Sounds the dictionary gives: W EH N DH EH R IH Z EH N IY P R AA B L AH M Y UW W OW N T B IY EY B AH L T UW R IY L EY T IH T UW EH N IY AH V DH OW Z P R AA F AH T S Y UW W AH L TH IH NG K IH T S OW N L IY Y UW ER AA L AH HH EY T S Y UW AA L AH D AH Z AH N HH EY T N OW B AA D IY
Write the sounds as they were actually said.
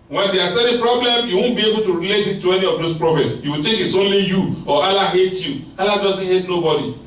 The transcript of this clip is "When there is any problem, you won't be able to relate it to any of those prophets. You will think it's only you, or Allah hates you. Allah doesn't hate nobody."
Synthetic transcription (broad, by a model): W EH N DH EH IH S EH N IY P R AA B L AH M Y UW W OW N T B IY EY B AH L T UW R IY L EY T IH T UW EH N IY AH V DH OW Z P R AA F AH T S Y UW W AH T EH K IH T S OW N L IY Y UW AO AA L AH HH EY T Y UW AA L AH D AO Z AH N HH EY T N OW B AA D IY